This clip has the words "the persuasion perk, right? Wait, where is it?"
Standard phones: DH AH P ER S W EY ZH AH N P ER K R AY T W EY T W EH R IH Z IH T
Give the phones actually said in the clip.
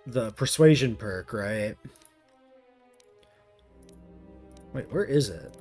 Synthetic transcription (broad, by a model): DH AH P ER S W EY ZH AH N P ER K R AY T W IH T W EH R IH Z IH T